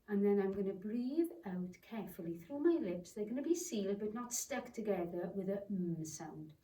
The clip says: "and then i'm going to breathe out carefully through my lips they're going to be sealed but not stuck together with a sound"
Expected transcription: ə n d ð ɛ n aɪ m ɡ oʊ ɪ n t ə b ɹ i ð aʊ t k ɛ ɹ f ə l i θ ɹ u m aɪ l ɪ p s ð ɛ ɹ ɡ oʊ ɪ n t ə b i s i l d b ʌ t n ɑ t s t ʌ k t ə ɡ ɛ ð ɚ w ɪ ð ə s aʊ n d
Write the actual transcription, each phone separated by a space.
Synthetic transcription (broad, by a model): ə n ð ɛ n aɪ m ɡ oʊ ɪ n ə b ɹ i ð aʊ t k ɛ ɹ f ə l i θ ɹ u m aɪ l ɪ p s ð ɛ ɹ ɡ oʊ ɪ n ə b i s i l d b ʌ t n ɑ t s t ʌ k t ə ɡ ɛ ð ɚ w ɪ ð ə s aʊ n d